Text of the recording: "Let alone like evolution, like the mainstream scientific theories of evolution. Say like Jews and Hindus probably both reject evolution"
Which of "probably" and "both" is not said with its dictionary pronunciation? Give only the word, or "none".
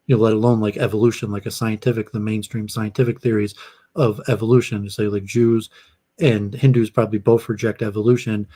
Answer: none